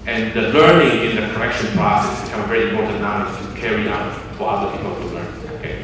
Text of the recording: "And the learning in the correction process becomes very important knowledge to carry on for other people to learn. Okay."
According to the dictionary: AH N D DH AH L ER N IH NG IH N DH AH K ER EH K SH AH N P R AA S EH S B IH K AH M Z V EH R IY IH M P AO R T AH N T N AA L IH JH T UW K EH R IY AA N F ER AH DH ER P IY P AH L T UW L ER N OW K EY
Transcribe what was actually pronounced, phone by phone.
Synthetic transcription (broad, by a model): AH N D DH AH L ER N IH NG IH N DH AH K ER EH K SH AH N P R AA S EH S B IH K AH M V EH R IY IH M P AO R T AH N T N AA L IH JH T UW K EH R IY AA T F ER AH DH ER P IY P AH L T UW L ER N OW K EY